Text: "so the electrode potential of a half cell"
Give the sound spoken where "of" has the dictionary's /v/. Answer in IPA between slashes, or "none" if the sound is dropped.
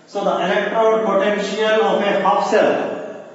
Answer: /p/